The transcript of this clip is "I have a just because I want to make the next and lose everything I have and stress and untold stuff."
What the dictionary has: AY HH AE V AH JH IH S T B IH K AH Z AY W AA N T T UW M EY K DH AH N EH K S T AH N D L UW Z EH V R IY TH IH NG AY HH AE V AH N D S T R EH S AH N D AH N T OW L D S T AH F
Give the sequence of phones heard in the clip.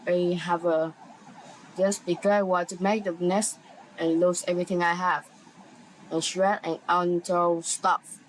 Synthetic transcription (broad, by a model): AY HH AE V AH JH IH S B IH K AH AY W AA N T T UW M EY K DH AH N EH S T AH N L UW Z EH V R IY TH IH NG AY HH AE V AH N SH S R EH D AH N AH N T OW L S T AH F